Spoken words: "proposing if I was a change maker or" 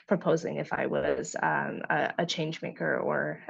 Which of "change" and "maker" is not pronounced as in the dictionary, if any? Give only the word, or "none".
none